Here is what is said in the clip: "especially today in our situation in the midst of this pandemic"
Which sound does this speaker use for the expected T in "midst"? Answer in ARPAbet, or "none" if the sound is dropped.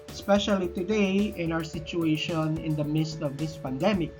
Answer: T